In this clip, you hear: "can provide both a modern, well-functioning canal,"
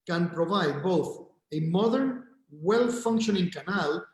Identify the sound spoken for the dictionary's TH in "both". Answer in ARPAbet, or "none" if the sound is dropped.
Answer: TH